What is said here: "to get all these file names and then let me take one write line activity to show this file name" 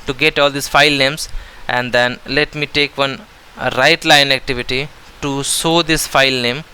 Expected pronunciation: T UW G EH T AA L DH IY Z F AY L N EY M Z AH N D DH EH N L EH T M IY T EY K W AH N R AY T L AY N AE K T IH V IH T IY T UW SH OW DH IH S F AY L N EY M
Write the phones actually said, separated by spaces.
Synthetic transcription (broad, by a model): T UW G EH T AA L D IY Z F AY L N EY M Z AH N D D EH N L EH T M IY T EY K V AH N R AY T L AY N AE K T IH V IH T IY T UW S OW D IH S F AY L N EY M